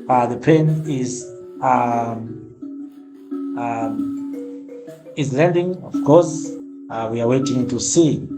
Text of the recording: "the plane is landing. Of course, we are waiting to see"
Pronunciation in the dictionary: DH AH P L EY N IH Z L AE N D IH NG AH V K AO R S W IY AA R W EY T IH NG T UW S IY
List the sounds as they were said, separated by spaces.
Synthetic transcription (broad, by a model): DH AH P EY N IH Z L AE N D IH NG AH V K AO R S W IY AA R W EY T IH NG T UW S IY